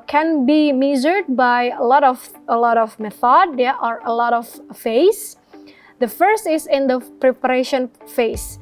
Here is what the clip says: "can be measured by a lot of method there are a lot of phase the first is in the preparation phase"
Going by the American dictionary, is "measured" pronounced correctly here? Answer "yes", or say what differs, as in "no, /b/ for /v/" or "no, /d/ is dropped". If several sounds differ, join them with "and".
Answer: no, /z/ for /ʒ/